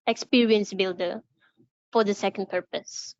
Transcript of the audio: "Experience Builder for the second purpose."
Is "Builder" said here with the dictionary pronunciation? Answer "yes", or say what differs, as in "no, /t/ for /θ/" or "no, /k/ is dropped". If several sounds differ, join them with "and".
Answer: yes